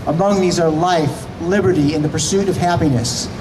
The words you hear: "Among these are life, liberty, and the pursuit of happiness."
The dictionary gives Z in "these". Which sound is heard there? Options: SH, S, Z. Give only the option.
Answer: Z